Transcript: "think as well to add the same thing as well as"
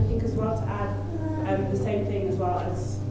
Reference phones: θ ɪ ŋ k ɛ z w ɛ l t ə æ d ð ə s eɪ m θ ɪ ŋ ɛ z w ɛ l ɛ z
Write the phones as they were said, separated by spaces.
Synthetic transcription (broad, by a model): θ ɪ ŋ k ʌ z w ɛ l t ə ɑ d ð ə s eɪ m θ ɪ ŋ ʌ z w ɛ l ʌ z